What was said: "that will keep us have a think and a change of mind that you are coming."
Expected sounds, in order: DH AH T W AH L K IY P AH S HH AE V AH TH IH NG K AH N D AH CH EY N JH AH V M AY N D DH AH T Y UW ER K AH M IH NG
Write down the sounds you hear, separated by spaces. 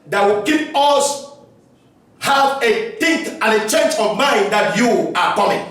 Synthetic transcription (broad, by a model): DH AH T W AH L K IY P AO S HH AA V AH T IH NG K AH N AH CH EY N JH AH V M AY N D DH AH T Y UW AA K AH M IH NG